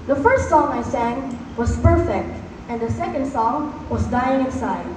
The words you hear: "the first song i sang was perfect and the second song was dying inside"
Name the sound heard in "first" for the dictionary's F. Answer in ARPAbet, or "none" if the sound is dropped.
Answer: F